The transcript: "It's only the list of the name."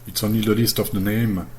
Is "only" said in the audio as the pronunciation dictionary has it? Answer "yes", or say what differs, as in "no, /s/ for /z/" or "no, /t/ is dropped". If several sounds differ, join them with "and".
no, /l/ is dropped